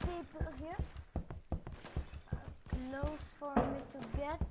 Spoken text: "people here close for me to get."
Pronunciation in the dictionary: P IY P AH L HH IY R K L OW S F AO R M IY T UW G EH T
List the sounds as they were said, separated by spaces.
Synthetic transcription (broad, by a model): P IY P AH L HH IY R K L OW S F AO R M IY T UW G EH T